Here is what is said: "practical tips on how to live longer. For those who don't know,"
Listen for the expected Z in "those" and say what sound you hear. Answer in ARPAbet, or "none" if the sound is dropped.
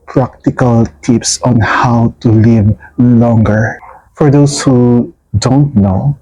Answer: S